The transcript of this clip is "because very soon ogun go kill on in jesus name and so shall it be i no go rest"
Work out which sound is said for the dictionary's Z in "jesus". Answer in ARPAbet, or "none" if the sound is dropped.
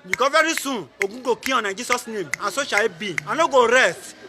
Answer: S